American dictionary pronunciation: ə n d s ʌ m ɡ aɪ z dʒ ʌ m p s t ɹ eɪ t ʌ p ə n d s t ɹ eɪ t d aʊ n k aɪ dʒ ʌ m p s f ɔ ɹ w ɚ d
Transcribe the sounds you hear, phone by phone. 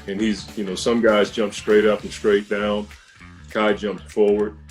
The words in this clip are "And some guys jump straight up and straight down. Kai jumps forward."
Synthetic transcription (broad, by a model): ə n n s ʌ m ɡ aɪ z dʒ ʌ m p s t ɹ eɪ t ʌ p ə n s t ɹ eɪ t d aʊ n k aɪ dʒ ʌ m p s f ɔ ɹ w ɚ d